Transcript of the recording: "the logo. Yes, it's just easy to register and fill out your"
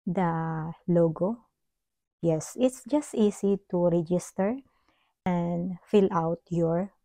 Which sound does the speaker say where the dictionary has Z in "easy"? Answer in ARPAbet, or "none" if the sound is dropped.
S